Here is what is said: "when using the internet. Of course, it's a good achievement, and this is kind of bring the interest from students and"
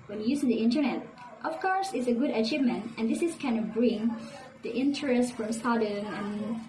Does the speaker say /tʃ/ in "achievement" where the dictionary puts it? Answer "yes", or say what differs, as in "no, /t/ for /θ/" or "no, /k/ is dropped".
yes